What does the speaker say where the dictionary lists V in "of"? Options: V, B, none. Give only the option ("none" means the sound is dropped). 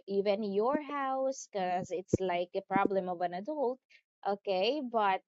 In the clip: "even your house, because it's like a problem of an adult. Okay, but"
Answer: V